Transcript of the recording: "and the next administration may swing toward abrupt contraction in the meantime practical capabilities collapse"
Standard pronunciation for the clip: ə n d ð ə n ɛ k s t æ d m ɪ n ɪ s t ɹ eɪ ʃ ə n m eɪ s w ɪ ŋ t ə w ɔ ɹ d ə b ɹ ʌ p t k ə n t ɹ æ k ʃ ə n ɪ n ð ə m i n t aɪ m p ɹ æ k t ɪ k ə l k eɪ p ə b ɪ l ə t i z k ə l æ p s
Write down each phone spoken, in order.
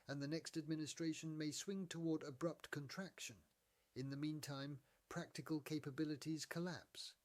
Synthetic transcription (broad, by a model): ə n ð ə n ɛ k s t æ d m ɪ n ɪ s t ɹ eɪ ʃ ə n m eɪ s w ɪ ŋ t ə w ɔ ɹ d ə b ɹ ʌ p t k ə n t ɹ æ k ʃ ə n ɪ n ð ə m i n t aɪ m p ɹ æ k t ɪ k ə l k eɪ p ə b ɪ l ə t i z k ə l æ p s